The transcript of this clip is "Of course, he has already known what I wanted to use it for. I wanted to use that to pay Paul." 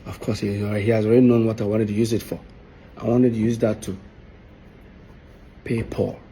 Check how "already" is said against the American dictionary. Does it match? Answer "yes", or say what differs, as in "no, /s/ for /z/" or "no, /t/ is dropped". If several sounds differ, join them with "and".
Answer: yes